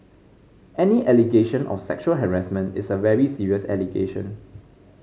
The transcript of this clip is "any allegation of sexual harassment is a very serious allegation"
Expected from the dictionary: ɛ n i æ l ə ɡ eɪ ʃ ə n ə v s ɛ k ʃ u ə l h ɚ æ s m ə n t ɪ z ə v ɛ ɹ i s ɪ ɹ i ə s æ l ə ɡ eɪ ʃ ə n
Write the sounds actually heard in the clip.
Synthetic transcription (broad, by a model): ɛ n i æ l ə ɡ eɪ ʃ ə n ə f s ɛ k ʃ u ə l h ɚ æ s m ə n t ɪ s ə v ɛ ɹ i s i ɹ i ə s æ l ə ɡ eɪ ʃ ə n